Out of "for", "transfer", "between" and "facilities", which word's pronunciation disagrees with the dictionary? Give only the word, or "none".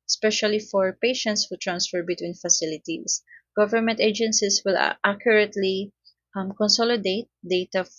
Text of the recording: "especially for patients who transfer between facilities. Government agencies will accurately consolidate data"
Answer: facilities